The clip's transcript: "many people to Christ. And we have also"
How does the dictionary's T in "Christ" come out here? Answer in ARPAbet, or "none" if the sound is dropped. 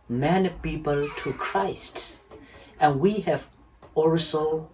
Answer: T